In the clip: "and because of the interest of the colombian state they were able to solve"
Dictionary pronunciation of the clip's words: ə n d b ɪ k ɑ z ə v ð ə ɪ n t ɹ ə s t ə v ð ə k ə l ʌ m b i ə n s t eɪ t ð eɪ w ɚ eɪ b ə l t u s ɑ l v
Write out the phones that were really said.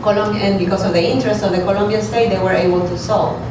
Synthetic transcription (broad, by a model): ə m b b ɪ k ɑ s ə v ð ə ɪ n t ɹ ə s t ə v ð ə k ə l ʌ m b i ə n s t eɪ t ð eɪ w ɚ eɪ b ə l t u s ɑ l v